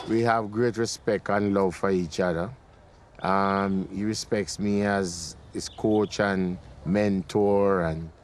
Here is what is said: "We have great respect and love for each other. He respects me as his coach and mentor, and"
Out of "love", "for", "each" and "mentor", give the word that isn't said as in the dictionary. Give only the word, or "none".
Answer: none